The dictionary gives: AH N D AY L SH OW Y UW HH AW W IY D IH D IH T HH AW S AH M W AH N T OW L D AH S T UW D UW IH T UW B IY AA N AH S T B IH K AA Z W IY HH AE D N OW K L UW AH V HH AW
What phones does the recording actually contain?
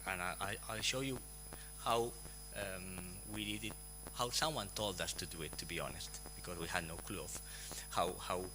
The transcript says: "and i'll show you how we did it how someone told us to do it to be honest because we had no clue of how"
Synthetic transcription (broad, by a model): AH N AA AY L SH OW Y UW HH AW W IY D IH D IH T HH AW S AH M W AH N T OW L D AH S T UW D UW IH T UW B IY AA N AH S T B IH K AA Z W IY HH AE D N OW K L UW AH W HH AW